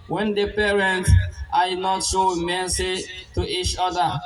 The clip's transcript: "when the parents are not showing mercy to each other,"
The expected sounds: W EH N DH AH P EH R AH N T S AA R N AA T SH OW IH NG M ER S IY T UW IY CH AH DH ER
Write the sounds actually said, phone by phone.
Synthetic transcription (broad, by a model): W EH N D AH P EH R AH N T AA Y N AA T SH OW M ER S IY T UW IY CH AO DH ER